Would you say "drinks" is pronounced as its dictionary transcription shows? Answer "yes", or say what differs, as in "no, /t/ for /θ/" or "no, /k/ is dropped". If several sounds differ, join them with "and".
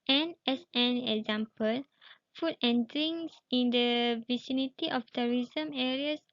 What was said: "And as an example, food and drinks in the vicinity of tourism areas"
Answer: no, /k/ is dropped